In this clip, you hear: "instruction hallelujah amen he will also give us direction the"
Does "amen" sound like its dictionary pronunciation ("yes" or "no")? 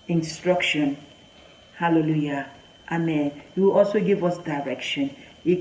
yes